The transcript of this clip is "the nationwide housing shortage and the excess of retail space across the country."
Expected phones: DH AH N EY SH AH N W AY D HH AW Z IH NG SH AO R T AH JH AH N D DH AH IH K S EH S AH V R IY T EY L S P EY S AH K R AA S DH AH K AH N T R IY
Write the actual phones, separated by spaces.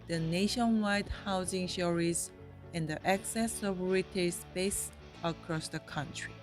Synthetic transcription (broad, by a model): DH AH N EY SH AH N W AY D HH AW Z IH NG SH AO R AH Z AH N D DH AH IH K S EH S AH V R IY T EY S P EY S AH K R AA S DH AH K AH N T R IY